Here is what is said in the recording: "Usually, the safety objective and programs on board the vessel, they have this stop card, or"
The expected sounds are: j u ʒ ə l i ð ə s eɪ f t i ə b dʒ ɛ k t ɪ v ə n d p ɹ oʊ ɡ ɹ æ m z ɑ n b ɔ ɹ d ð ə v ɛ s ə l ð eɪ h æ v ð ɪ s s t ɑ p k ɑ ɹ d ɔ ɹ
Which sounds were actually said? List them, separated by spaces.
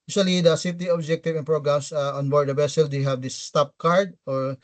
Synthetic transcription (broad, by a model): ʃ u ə l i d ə s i t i ə b dʒ ɛ k t ɪ v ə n p ɹ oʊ ɡ ɹ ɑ m s ɑ n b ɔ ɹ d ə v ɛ s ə l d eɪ h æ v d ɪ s s t ɑ p k ɑ ɹ d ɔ ɹ